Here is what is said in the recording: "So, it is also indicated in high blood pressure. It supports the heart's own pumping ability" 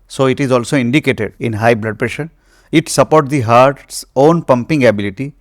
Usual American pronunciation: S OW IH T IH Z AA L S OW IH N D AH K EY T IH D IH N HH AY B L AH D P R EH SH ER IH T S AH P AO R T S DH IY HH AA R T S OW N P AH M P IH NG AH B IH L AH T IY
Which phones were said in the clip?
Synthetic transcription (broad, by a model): S OW IH T IH Z AA L S OW IH N D AH K EY T IH D IH N HH AY B L AH D P R EH SH ER IH T S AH P AO R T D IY HH AA R T S OW N P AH M P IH NG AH B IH L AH T IY